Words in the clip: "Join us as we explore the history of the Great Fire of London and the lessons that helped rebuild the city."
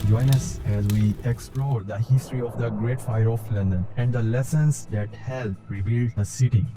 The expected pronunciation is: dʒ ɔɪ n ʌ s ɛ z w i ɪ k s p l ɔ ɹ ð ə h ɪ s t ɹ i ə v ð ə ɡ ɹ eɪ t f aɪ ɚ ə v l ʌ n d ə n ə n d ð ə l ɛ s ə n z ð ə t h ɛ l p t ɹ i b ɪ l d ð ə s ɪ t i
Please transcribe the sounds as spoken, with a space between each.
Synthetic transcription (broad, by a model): dʒ ɔɪ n ʌ s ɛ z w i ɪ k s p l ɔ ɹ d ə h ɪ s t ɹ i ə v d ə ɡ ɹ eɪ t f aɪ ɚ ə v l ʌ n d ə n ə n d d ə l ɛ s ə n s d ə t h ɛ l t ɹ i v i l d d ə s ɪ t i